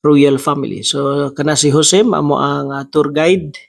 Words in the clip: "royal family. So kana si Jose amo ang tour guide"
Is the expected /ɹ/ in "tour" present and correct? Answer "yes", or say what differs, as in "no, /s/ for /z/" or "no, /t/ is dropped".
yes